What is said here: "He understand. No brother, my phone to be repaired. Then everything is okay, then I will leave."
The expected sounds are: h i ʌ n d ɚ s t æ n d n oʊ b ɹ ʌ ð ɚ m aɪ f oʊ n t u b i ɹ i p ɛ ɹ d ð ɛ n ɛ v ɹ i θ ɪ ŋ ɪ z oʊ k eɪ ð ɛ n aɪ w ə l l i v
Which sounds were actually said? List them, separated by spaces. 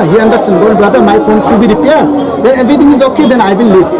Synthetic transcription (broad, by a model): h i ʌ n d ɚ s t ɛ n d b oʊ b ɹ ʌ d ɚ m aɪ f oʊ n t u b i ɹ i p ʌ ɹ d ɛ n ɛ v ɹ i t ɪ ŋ ɪ z oʊ k eɪ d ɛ n aɪ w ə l l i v